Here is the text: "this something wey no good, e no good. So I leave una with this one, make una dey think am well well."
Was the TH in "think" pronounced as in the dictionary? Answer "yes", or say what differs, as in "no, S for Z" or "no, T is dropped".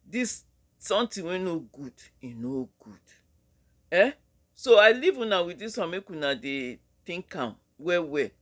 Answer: no, T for TH